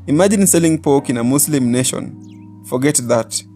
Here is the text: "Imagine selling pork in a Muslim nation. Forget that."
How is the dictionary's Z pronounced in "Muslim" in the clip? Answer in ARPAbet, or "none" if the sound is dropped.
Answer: S